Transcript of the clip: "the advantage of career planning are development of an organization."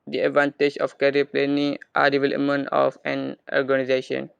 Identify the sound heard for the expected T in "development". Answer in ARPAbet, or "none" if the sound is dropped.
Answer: none